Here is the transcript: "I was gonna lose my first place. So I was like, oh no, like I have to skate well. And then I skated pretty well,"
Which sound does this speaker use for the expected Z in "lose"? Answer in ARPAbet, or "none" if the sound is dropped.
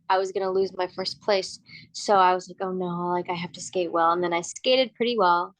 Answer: Z